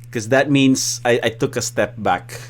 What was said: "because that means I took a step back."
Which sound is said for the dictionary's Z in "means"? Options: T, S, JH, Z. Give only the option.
S